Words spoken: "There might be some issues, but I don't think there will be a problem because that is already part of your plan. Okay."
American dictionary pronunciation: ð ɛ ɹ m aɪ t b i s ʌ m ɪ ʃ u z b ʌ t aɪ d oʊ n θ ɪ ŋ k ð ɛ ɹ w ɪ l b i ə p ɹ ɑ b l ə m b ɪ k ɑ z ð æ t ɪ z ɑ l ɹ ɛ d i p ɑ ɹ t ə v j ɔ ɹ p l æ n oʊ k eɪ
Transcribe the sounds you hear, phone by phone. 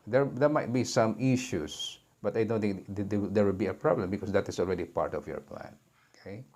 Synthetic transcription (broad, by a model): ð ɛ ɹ m aɪ t b i s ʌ m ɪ ʃ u s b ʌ t aɪ d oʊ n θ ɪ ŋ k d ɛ ɹ w ɪ l b i ə p ɹ ɑ b l ə m b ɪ k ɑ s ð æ t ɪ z ɑ l ɹ ɛ d i p ɑ ɹ t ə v j ɔ ɹ p l æ n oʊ k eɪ